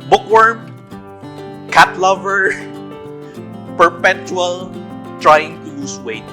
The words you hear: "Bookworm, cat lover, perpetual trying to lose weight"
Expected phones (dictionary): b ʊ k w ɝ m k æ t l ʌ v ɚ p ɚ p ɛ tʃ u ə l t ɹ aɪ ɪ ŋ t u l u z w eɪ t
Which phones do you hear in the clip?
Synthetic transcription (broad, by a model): b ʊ k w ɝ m k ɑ t l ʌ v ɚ p ɚ p ɛ tʃ u ə l t ɹ aɪ ɪ ŋ t u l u s w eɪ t